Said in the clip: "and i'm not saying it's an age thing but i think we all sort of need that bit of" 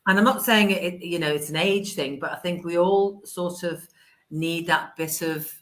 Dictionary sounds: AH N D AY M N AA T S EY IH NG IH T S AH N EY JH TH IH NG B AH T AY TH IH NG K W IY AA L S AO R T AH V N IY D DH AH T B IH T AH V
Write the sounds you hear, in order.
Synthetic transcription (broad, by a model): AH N AY M N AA T S EY IH NG IH T S AH N EY JH TH IH NG B AH T AY TH IH NG K W IY AA L S AO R T AH V N IY D DH AH T B IH T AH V